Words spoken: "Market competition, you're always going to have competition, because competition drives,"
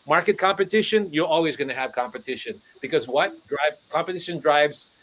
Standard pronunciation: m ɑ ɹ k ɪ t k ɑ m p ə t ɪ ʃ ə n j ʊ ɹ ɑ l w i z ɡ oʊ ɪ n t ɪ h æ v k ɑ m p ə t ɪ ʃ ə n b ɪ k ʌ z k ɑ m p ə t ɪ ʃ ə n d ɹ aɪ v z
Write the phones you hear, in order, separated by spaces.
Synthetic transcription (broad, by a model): m ɑ ɹ k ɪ t k ɑ m p ə t ɪ ʃ ə n j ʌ ɹ ɑ l w i z ɡ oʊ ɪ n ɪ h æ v k ɑ m p ə t ɪ ʃ ə n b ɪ k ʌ z k ɑ m p ə t ɪ ʃ ə n d ɹ aɪ v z